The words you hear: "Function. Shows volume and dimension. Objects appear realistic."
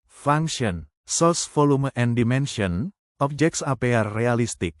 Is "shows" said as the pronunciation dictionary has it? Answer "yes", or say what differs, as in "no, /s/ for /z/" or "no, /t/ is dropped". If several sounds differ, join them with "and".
no, /s/ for /ʃ/